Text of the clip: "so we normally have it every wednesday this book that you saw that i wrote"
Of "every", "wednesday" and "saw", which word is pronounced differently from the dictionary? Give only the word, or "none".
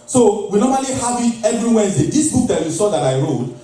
wednesday